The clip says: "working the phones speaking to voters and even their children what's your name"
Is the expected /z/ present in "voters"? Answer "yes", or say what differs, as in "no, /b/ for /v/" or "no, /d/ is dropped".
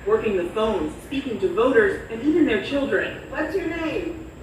yes